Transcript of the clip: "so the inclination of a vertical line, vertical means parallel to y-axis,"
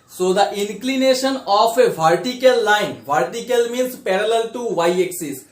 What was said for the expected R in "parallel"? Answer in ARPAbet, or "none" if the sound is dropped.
R